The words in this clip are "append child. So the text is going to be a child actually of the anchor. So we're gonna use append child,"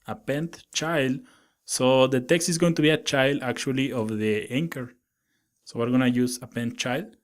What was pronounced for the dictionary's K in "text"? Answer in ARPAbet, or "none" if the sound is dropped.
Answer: K